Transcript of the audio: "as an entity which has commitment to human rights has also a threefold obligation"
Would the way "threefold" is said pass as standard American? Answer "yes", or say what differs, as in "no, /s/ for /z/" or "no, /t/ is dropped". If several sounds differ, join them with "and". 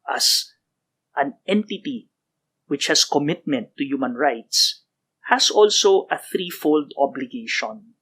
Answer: yes